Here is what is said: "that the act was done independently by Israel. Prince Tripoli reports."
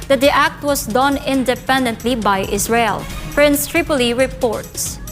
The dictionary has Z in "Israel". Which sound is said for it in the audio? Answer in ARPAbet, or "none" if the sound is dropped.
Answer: S